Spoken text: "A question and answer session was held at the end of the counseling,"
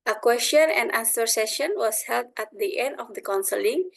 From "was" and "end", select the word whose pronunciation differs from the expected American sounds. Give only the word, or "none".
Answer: was